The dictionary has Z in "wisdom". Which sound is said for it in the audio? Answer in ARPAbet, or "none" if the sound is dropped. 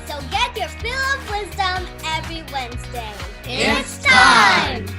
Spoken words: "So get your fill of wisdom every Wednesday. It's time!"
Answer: Z